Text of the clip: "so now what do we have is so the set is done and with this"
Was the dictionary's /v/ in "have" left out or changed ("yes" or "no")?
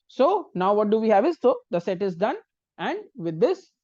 no